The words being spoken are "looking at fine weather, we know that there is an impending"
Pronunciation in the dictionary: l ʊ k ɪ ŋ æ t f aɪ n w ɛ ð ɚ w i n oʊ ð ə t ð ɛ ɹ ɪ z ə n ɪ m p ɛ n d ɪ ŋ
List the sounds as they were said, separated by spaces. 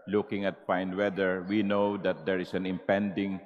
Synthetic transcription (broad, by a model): l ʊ k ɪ ŋ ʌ t p aɪ n w ɛ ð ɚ w i n oʊ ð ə t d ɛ ɹ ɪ s ə n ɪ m p ɛ n d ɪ ŋ